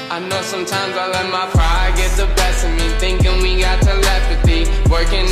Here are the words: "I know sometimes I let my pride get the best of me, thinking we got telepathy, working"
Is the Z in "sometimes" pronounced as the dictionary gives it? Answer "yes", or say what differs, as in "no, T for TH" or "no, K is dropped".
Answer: yes